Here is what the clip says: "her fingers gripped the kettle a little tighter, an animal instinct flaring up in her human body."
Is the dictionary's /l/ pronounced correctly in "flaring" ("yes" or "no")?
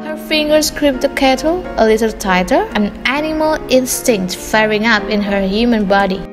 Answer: no